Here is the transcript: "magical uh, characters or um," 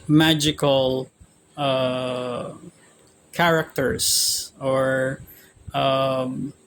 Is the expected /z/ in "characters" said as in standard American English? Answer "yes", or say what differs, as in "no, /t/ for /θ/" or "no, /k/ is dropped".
no, /s/ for /z/